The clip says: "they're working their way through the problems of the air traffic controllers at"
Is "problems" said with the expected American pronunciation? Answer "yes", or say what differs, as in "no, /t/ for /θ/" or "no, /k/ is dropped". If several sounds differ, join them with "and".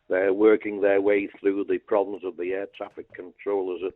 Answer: yes